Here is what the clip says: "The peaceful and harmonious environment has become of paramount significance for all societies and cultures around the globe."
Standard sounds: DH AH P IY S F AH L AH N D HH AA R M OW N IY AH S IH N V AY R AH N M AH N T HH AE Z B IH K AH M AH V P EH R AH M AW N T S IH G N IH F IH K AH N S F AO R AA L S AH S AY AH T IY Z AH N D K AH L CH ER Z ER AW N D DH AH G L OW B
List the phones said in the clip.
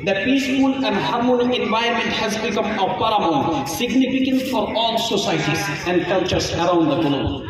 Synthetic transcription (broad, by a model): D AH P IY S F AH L AH N D HH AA R M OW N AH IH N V AY AH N M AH N T HH AE Z B IH K AH M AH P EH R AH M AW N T S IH G N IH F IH K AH N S F AO R AA L S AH S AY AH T IY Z AH N D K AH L CH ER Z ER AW N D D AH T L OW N